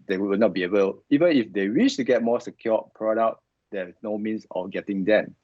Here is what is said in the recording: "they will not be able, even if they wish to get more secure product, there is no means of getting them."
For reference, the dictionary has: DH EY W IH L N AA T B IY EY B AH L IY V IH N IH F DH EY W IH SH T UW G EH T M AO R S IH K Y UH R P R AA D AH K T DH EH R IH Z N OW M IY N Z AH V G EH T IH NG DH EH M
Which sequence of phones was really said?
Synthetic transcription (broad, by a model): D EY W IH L N AA T B IY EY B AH L IY V IH N IH F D EY W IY SH T UW G EH T M AO S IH K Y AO P R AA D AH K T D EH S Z N OW M IY N S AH F G EH T IH NG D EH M